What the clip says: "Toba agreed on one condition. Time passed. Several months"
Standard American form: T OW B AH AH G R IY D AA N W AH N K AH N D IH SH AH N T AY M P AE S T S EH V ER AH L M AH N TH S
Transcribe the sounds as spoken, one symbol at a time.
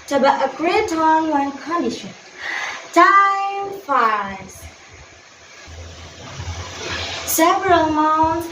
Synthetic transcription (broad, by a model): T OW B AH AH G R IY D AA N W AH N K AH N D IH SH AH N T AY M F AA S S EH V ER AH L M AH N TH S